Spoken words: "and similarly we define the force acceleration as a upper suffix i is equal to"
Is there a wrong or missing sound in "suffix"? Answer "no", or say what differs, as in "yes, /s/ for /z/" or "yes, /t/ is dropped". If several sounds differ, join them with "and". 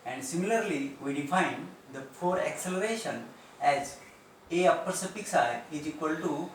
yes, /p/ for /f/